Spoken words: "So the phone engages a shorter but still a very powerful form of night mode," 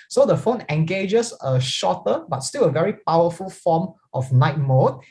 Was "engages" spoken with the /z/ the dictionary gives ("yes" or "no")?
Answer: no